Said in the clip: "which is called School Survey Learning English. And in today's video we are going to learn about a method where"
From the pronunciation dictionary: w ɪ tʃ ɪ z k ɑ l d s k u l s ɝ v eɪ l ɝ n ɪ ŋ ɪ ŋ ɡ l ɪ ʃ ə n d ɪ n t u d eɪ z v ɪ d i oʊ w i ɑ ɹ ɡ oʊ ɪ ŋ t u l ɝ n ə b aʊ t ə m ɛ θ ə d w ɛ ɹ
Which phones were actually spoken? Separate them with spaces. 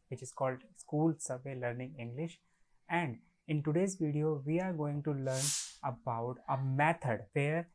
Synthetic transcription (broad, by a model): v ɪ tʃ ɪ z k ɑ l d s k u l s ɝ v eɪ l ɝ n ɪ ŋ ɪ ŋ ɡ l ɪ ʃ ə n d ɪ n t u d eɪ z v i d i oʊ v i ɑ ɹ ɡ oʊ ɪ ŋ t u l ɝ n ə b aʊ t ə m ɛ t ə d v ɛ ɹ